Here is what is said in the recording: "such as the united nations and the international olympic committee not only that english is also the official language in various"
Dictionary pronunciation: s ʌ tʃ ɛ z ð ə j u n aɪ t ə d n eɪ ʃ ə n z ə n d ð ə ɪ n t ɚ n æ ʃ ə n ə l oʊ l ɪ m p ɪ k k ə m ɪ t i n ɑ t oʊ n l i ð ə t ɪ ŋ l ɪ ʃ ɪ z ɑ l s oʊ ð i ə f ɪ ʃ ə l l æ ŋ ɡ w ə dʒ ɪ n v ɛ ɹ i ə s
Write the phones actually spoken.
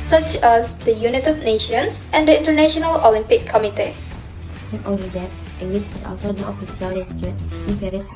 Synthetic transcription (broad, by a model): s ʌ tʃ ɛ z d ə j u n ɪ t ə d n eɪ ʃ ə n s ə n d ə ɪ n t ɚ n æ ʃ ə n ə l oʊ l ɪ m p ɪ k k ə m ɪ t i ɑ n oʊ l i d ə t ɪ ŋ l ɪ s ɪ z ɑ l s oʊ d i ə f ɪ s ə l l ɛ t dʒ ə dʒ ɪ n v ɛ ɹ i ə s